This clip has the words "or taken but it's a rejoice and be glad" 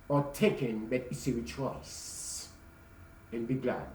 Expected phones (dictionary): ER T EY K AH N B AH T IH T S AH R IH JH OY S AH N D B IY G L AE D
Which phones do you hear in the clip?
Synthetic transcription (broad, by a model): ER T EY K AH N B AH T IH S AH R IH CH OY S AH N B IY G L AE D